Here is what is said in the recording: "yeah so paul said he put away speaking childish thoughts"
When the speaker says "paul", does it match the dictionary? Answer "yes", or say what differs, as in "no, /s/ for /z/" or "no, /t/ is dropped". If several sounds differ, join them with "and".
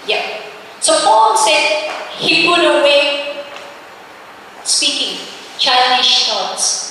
no, /f/ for /p/